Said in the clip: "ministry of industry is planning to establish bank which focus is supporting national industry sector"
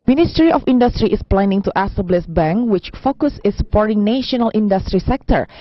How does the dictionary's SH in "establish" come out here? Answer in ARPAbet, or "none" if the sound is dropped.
S